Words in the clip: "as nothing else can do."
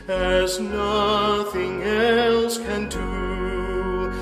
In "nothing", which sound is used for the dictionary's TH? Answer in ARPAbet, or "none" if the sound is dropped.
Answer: TH